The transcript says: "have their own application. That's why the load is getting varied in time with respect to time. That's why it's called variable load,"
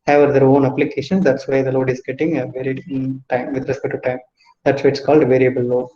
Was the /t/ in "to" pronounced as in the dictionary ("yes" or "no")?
yes